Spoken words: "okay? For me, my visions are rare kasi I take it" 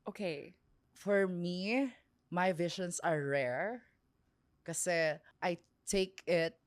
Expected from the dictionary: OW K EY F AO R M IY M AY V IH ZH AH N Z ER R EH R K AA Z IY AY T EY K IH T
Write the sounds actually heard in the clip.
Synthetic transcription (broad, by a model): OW K EY F AO R M IY M AY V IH SH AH N S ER R EH R K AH S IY AY T EY K IH T